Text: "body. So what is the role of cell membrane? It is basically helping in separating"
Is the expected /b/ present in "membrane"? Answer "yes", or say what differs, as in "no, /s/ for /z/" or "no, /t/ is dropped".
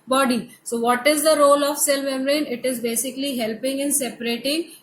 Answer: no, /b/ is dropped